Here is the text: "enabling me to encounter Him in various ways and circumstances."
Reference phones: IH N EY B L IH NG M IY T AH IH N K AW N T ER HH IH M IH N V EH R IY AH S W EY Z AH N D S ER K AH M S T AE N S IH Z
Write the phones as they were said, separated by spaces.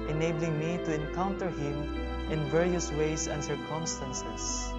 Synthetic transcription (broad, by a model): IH N EY B L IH NG M IY T AH IH N K AW N T ER HH IH M IH N V EH R IY AH S W EY S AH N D S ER K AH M S T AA N S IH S